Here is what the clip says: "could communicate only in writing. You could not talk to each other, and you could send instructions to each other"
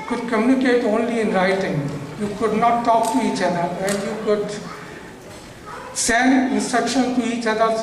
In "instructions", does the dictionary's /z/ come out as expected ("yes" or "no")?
no